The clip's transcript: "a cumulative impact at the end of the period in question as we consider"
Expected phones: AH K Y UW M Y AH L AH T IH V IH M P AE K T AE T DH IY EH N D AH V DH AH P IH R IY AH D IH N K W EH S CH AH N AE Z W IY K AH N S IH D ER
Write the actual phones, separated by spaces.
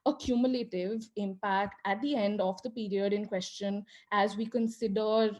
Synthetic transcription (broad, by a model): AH K Y UW M Y AH L AH T IH V IH M P AE K T AE T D IY EH N D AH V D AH P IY R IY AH D IH N K W EH S CH AH N AE Z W IY K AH N S IH D ER